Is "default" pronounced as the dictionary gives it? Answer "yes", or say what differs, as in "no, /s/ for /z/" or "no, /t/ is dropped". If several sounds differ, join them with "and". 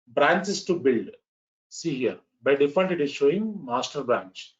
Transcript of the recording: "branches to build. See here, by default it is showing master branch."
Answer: no, /n/ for /l/